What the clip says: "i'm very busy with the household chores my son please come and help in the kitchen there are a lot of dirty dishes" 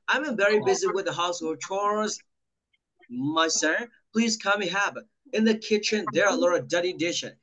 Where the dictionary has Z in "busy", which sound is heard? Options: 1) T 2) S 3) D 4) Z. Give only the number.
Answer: 4